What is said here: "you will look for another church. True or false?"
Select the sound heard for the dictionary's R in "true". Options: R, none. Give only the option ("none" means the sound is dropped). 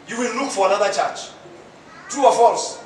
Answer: none